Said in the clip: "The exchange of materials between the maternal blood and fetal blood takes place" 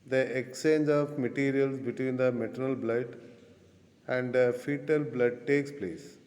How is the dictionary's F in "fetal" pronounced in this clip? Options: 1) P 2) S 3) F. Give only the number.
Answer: 3